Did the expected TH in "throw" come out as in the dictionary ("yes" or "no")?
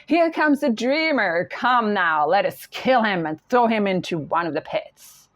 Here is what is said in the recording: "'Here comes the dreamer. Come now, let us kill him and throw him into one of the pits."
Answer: yes